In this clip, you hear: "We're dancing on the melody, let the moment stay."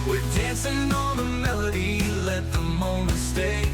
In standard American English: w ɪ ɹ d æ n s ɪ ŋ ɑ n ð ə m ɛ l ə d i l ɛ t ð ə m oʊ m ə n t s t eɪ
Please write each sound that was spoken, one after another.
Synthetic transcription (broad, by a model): w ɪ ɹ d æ n s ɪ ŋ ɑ l ð ə m ɛ l ə d i l ɛ t ð ə m oʊ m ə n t s t eɪ